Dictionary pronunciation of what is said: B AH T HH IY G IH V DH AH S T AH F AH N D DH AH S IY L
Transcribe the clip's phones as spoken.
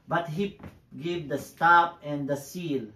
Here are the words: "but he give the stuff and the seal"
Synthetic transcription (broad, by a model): B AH T HH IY G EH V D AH S T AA P AH N D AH S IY L